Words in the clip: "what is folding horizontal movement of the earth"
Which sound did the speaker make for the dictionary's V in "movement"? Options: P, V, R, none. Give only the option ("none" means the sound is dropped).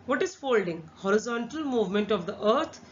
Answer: V